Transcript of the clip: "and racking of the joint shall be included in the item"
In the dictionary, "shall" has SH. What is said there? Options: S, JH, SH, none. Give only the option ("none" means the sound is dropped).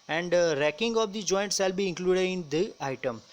S